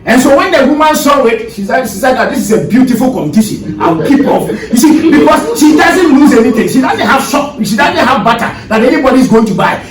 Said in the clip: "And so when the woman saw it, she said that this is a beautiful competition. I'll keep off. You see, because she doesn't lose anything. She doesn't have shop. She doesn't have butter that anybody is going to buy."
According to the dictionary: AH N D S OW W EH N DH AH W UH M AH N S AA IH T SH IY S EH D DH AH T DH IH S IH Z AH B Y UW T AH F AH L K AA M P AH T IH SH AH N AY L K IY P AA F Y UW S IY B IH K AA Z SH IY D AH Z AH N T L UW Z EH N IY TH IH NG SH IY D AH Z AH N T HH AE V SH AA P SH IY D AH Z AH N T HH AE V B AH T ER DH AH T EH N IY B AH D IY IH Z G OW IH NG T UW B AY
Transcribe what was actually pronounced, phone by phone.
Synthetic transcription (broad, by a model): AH N S OW W EH N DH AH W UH M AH N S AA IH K SH IY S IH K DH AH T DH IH S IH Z AH B Y UW T AH F AH L K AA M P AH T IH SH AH N AY W K IY P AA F Y UW S IY B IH K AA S SH IY D AH Z AH N T L UW Z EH N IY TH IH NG SH IY D AH Z AH N T HH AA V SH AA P SH IY D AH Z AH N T HH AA V B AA T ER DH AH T EH N IY B AH D IY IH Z G OW IH NG T UW B AY